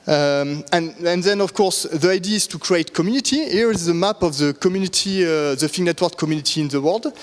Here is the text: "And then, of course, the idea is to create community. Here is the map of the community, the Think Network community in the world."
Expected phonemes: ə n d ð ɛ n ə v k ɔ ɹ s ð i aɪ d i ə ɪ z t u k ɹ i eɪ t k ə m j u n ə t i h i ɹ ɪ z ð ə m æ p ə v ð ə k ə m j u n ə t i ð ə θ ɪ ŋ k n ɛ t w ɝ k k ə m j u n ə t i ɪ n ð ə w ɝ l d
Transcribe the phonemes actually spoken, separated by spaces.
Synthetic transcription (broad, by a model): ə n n ð ɛ n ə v k ɔ ɹ s ð i aɪ d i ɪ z t u k ɹ i eɪ t k ə m j u n ə t i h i ɹ ɪ z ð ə m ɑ p ə v ð ə k ə m j u n ə t i ð ə f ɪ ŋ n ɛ t w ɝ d k ə m j u n ə t i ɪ n ð ə w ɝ l d